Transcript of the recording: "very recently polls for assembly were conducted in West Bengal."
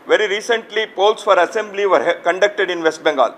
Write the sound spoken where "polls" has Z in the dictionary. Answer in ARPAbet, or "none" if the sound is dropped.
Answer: S